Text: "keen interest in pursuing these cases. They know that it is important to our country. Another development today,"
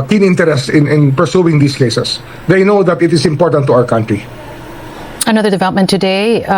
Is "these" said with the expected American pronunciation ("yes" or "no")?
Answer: no